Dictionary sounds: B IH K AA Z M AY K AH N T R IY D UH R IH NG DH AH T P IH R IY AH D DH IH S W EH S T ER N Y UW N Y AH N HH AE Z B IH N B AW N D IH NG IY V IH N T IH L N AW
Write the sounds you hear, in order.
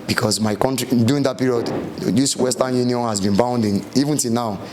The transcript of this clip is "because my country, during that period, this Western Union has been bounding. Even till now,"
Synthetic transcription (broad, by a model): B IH K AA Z M AY K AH N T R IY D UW IH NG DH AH T P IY R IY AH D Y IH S W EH S T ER N Y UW N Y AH N HH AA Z B IH N B AW N D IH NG IY V IH N T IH L N AW